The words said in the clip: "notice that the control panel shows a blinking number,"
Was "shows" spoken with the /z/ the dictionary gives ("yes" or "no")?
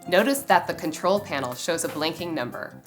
yes